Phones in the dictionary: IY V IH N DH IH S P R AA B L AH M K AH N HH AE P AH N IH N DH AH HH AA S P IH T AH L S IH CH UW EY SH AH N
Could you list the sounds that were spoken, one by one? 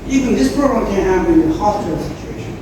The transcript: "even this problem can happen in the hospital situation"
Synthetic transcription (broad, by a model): IY V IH N DH IH S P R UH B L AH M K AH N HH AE AH IH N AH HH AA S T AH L S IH CH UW EY SH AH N